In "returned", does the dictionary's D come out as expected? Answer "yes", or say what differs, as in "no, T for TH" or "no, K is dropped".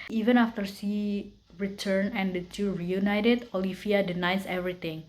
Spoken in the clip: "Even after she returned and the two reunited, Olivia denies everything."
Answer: no, D is dropped